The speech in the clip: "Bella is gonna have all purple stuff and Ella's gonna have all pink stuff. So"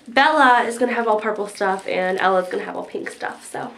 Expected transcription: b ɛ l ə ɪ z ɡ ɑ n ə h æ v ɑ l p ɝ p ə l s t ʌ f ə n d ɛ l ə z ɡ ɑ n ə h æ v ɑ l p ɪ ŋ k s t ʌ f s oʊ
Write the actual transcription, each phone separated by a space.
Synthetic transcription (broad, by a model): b ɛ l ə ɪ z ɡ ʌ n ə v ɑ l p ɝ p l s t ʌ f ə n ɛ l ə z ɡ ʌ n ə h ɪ v ɑ l p ɪ ŋ k s t ʌ f s oʊ